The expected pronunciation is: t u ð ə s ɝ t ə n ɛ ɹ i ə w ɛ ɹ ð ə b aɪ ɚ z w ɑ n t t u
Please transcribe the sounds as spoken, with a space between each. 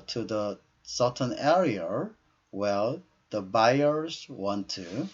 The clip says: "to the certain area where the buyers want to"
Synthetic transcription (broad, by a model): t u ð ə s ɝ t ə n ɛ ɹ i ə w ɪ l ð ə b aɪ ɚ z w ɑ n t t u